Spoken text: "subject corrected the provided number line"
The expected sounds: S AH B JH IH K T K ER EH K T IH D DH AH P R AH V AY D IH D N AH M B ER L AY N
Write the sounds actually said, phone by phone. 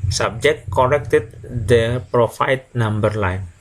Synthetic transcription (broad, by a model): S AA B JH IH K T K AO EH K T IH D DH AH P R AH F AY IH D N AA M B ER L AY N